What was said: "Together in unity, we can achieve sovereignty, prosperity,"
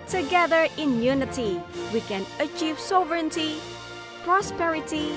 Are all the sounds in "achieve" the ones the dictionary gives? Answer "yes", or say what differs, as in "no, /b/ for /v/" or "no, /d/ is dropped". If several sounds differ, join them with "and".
yes